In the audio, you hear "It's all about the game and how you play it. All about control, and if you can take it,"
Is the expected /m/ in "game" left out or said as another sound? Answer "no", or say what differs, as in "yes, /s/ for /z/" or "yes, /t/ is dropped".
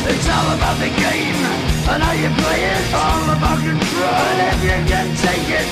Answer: no